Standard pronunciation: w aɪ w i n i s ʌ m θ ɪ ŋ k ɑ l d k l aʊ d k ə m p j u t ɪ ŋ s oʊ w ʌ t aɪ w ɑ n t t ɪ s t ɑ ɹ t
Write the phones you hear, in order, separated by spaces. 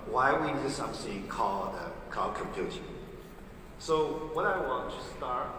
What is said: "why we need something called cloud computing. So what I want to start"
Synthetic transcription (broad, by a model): w aɪ w i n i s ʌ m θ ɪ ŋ k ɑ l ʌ k aʊ k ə m p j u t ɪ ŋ s oʊ w ʌ t aɪ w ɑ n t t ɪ s t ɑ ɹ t